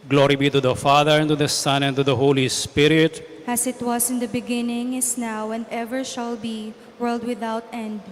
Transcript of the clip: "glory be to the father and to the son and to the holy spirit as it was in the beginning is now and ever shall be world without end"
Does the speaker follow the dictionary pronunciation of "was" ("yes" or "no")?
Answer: no